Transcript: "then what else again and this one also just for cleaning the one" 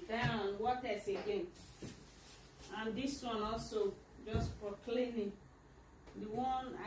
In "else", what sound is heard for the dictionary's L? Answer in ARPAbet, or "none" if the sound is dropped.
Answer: none